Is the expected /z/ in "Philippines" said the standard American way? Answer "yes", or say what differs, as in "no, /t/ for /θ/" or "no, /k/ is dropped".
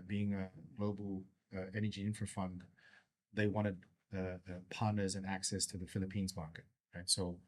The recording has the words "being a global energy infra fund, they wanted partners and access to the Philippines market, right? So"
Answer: yes